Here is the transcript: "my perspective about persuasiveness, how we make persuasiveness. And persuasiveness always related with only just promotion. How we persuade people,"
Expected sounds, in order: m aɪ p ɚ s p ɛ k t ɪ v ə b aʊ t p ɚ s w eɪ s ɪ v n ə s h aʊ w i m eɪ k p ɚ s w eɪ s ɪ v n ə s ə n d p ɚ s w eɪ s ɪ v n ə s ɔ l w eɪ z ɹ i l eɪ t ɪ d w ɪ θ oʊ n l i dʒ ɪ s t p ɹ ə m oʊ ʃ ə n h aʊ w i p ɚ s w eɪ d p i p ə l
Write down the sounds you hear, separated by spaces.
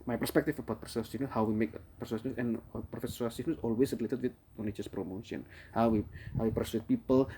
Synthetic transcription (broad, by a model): m aɪ p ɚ s p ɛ k t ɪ f ə b aʊ t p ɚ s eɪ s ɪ n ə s h aʊ w i m eɪ k p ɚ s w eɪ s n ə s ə n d f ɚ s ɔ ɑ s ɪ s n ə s ɔ l w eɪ s ɹ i l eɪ t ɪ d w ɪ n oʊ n i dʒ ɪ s p ɹ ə m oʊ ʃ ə n h aʊ w i p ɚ s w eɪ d p i p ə l